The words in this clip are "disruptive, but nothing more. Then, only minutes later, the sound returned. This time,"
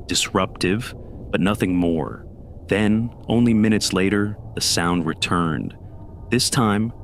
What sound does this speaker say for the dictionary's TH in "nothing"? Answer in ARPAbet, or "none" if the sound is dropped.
TH